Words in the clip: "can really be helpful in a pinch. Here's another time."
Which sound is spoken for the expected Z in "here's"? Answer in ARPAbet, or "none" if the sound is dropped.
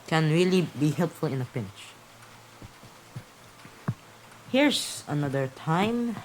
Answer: S